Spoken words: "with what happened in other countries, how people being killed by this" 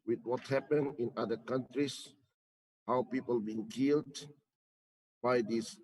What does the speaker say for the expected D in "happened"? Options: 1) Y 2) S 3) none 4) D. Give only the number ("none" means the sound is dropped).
3